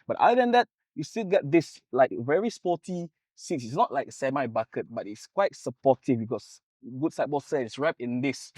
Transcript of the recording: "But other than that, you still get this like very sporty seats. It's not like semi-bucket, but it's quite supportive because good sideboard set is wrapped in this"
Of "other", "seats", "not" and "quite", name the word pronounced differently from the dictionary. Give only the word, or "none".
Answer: other